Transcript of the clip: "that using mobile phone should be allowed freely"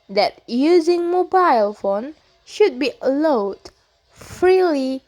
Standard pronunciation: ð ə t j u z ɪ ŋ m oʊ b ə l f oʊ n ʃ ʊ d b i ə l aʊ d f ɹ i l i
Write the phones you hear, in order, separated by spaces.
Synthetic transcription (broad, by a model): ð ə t j u z ɪ ŋ m oʊ b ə l f oʊ n ʃ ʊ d b i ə l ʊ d f ɹ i l i